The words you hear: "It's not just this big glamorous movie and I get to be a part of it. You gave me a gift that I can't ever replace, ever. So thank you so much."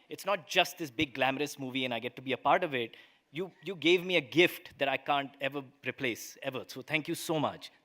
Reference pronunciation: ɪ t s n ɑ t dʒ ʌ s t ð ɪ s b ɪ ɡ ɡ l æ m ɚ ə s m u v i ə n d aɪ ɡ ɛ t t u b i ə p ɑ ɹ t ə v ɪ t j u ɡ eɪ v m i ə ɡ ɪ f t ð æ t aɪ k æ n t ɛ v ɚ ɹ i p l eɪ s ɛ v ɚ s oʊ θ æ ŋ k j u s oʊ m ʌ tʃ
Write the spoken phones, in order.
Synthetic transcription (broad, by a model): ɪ t s n ɑ t dʒ ʌ s t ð ɪ s b ɪ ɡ ɡ l æ m ɚ ə s m u v i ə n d aɪ ɡ ɛ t t u b i ə p ɑ ɹ t ə v ɪ t j u ɡ eɪ v m i ə ɡ ɪ f t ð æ t aɪ k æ n t ɛ v ɚ ɹ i p l eɪ s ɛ v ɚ s oʊ t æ ŋ k j u s oʊ m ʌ tʃ